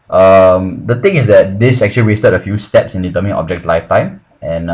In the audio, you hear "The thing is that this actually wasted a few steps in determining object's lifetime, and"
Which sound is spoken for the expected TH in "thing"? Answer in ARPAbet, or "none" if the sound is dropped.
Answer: T